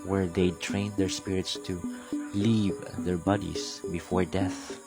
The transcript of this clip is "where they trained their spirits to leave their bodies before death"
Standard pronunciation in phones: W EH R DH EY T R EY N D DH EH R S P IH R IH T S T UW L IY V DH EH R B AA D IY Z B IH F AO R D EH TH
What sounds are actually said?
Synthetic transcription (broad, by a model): W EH R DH EY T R EY N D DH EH R S P IH R IH T S T UW L IY V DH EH R B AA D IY S B IH F AO R D EH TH